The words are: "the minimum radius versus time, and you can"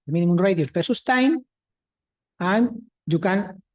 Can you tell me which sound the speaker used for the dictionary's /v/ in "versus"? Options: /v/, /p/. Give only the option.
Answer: /p/